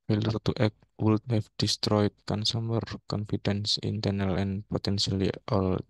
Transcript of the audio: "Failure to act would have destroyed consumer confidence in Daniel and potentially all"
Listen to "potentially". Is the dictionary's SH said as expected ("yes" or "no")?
no